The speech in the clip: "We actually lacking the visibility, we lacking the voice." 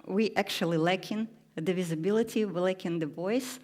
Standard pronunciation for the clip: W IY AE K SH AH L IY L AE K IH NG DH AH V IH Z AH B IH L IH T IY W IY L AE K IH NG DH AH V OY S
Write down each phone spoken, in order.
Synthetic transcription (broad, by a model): W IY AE K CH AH L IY L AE K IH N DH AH V IH Z AH B IH L IH T IY W IY L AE K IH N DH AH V OY S